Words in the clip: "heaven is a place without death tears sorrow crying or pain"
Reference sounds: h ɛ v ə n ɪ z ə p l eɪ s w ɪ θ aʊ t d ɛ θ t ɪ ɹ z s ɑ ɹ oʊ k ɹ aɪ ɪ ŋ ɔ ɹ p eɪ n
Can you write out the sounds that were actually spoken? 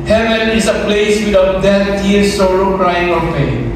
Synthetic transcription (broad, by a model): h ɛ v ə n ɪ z ə p l eɪ s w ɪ t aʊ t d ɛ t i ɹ s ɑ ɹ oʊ k ɹ aɪ ɪ ŋ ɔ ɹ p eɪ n